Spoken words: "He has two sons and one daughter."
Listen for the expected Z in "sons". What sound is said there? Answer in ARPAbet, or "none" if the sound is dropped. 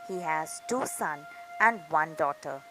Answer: none